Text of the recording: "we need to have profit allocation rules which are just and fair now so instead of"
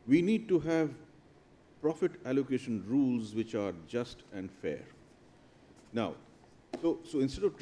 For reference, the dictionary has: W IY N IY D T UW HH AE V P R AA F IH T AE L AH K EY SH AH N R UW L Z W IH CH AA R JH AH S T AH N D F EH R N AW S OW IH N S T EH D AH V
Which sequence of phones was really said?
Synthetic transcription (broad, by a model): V IY N IY D T UW HH AE V P R AA F IH T AE L AH K EY SH AH N R UW L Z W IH CH AA R JH AH S T AH N D F EH R N AW S OW IH N S T EH D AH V